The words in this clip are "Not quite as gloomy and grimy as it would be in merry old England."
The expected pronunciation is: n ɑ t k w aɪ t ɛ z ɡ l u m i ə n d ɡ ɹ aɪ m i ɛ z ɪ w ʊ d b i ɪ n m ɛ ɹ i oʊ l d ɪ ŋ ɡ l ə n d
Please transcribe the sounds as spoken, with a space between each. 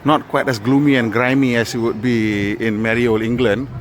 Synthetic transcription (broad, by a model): n ɑ t k w aɪ t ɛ s ɡ l u m i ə n ɡ ɹ aɪ m i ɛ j ɪ w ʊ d b i ɪ n m ɛ ɹ i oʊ l ɪ ŋ ɡ l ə n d